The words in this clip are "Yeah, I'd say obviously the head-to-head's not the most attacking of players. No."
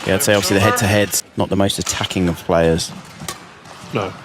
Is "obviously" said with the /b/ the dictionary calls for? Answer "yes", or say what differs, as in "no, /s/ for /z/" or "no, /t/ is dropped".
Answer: no, /b/ is dropped